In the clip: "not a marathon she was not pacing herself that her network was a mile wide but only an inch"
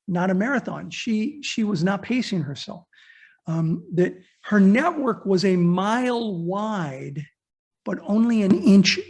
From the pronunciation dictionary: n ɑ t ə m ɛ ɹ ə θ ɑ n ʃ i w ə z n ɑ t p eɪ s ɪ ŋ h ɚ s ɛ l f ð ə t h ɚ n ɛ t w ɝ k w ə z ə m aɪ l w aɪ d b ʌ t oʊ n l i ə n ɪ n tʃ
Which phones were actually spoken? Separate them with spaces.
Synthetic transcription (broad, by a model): n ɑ t ə m ɛ ɹ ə θ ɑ n ʃ i w ə z n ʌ t p eɪ s ɪ ŋ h ɚ s ɛ l f ð ə t h ɚ n ɛ t w ɝ k w ə z ə m aɪ l w aɪ d b ʌ t oʊ n l i ə n ɪ n tʃ